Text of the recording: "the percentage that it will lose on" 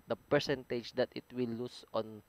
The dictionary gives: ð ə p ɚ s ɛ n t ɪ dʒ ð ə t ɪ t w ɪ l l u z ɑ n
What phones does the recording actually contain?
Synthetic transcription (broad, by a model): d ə p ɚ s ɛ n t ɪ dʒ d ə t ɪ t w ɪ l l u s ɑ n